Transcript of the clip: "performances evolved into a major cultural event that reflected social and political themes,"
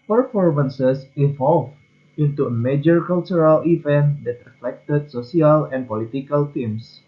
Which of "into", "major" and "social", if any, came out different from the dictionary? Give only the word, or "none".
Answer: social